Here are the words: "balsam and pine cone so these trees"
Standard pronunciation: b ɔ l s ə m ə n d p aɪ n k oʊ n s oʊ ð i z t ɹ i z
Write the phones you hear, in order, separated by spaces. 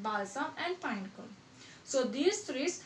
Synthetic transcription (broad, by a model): b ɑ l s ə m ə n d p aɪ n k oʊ l s oʊ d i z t ɹ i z